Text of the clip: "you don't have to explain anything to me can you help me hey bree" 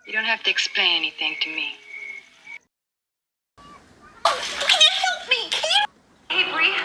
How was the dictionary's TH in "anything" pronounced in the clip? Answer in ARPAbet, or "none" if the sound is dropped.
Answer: TH